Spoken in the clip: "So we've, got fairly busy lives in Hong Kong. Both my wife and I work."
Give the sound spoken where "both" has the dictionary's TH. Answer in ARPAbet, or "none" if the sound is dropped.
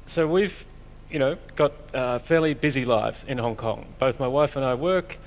TH